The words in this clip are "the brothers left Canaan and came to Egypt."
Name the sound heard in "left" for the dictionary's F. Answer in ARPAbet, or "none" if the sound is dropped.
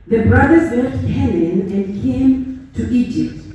none